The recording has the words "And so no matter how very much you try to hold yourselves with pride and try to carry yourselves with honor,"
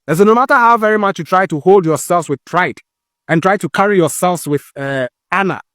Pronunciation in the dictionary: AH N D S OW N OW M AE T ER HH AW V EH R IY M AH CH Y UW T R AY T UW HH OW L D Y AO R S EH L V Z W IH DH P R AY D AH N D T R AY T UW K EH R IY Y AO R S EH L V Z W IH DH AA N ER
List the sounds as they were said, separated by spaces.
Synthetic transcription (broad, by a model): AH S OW N OW M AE T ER HH AW V EH R IY M AH CH Y UW T R AY T UW HH OW L D Y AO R S EH L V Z W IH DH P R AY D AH N T R AY T UW K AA R IY Y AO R S EH L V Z W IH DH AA N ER